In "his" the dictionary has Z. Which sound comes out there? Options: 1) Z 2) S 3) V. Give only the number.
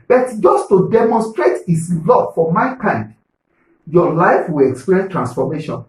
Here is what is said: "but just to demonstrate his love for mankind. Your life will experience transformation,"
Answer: 2